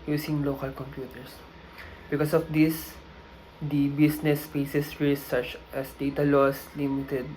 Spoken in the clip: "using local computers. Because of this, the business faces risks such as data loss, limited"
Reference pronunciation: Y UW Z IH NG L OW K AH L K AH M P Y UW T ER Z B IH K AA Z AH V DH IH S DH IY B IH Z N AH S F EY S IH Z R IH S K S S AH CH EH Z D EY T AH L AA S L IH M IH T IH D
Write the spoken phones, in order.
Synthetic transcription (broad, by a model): Y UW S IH NG L OW K AH L K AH M P Y UW T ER S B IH K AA S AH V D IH S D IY B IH S N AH S P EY S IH S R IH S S S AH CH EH S D EY T AH L AA S L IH M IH T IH D